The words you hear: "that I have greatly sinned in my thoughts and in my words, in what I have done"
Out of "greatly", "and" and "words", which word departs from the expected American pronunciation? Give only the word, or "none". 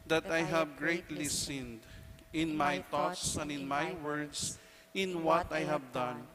words